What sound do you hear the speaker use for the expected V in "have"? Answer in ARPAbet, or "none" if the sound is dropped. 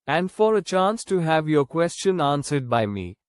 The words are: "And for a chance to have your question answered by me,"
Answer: V